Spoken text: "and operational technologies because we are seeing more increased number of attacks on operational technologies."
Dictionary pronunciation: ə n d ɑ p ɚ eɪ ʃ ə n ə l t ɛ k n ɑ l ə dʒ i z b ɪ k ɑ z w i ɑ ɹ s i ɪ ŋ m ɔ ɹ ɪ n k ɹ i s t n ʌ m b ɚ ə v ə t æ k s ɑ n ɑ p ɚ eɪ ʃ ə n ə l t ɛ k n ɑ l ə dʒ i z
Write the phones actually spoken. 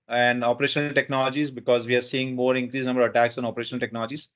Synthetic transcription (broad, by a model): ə n d ɑ p ɚ eɪ ʃ ə n ə l t ɛ k n ɑ l ə dʒ i z b ɪ k ɑ z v i ɑ ɹ s i ɪ ŋ m ɔ ɹ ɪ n k ɹ i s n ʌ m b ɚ ə v ə t æ k s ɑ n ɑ p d eɪ ʃ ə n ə l t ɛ k n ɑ l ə dʒ i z